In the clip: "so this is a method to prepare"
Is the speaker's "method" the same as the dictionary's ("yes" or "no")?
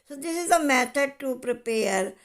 no